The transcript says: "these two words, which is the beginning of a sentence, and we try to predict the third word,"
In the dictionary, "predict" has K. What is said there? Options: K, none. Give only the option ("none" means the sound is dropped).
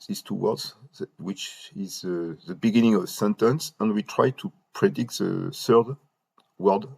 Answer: K